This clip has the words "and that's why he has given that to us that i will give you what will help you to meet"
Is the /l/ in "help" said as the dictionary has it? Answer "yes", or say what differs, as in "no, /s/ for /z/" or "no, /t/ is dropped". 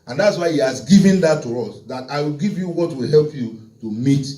yes